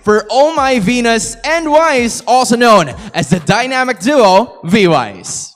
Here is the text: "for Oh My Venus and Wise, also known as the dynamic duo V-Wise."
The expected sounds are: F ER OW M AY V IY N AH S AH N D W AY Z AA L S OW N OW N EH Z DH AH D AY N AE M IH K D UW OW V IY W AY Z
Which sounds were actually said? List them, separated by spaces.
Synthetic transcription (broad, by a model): F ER OW M AY V IY N AH S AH N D W AY Z AA L S OW N OW N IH Z DH AH D AY N AE M IH K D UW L V IY W AY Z